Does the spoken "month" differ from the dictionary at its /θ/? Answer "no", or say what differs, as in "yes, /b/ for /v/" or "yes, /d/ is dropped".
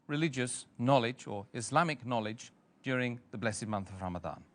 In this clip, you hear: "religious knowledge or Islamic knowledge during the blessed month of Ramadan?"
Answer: no